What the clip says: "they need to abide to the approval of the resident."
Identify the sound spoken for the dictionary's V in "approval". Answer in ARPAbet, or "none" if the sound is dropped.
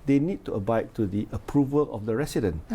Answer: V